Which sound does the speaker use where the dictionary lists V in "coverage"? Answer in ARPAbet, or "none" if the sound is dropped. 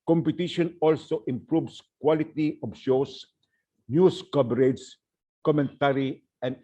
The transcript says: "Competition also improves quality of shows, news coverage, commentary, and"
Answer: B